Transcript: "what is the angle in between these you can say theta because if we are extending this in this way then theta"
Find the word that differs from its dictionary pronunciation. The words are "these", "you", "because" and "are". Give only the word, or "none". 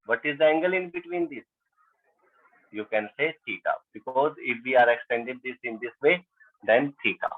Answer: these